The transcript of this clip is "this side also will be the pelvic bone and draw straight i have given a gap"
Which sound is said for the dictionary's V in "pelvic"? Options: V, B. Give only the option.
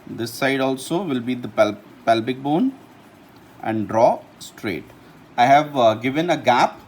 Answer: B